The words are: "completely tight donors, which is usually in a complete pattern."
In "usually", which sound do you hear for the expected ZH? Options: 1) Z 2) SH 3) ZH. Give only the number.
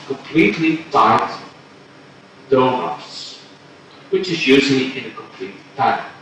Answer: 1